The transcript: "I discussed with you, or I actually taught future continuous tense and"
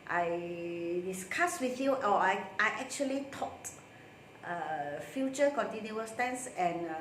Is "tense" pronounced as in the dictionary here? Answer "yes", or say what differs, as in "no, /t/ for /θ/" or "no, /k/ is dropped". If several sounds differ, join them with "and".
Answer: yes